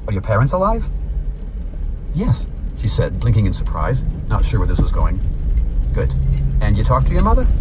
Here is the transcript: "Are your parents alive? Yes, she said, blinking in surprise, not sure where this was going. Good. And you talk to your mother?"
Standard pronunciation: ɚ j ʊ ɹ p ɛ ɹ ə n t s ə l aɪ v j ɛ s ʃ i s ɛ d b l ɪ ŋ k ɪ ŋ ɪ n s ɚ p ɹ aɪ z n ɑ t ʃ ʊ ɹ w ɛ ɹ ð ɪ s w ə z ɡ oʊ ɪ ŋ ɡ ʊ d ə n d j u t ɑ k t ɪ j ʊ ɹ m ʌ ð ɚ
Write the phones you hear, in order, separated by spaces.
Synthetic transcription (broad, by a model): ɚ j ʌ ɹ p ɛ ɹ ə n t s ə l aɪ v j ɛ s ʃ i s ɛ d b l ɪ ŋ k ɪ ŋ ɪ n s ɚ p ɹ aɪ z n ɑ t ʃ ʊ ɹ w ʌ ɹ ð ɪ s w ə z ɡ oʊ ɪ ŋ ɡ ʊ d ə n j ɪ t ɑ k t ɪ j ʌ ɹ m ʌ ð ɚ